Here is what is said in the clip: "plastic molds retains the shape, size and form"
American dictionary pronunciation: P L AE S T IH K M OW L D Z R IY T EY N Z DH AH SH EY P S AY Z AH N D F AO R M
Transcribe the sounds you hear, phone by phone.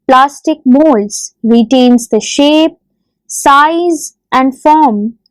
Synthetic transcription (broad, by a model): P L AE S T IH K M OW L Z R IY T EY N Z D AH SH EY P S AY Z AH N D F AO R M